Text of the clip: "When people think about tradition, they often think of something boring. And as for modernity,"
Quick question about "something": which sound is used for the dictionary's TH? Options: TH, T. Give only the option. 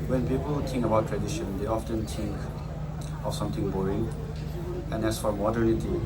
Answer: T